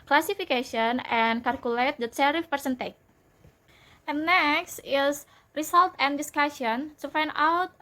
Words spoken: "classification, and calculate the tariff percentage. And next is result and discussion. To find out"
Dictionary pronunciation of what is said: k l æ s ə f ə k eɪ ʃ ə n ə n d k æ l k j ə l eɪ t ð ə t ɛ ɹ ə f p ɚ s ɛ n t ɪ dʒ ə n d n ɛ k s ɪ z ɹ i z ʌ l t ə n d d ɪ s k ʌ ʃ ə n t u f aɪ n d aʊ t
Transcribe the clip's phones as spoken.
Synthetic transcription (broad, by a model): k l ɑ s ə f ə k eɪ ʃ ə n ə n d k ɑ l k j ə l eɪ t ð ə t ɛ ɹ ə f p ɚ s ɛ n t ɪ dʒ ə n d n ɛ k s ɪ s ɹ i s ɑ l t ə n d d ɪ s k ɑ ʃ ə n t u f aɪ n d aʊ t